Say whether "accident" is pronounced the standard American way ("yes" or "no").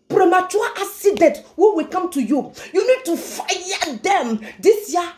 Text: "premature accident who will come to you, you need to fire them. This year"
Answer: no